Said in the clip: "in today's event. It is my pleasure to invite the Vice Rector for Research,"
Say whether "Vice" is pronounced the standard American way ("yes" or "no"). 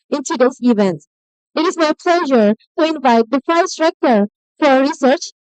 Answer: no